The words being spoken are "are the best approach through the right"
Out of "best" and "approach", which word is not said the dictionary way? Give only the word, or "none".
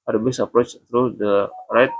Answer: best